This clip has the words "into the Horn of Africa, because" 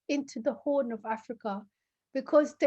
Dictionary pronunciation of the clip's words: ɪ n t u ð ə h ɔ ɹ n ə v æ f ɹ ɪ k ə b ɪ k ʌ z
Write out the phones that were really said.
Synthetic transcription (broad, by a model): ɪ n t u ð ə h ɔ n ə v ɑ f ɹ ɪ k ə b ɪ k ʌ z